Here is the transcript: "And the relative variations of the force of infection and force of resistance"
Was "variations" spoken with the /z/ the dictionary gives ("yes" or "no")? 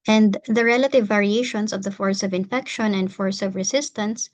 no